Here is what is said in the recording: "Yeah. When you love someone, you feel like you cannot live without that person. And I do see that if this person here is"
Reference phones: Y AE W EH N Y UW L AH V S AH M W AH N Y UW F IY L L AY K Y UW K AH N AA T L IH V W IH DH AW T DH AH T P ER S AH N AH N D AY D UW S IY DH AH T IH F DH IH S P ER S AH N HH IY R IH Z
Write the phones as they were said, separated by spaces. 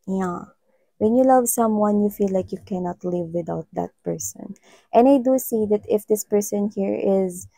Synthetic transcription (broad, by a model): Y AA W EH N Y UW L AH V S AH M W AH N Y UW F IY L L AY K Y UW K AH N AA T L IH V W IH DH AW T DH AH T P ER S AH N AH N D AY D UW S IY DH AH T IH F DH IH S P ER S AH N HH IY R IH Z